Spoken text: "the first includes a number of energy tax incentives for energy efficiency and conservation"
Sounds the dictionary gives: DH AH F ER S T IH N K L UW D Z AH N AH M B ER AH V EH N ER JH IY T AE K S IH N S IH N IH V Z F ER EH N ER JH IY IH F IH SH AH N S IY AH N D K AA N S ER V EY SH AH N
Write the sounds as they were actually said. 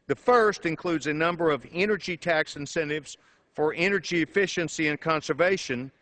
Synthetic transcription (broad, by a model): DH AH F ER S T IH N K L UW D Z AH N AH M B ER AH V EH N ER JH IY T AE K S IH N S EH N IH V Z F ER EH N ER JH IY IH F IH SH AH N S IY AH N K AA N S ER V EY SH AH N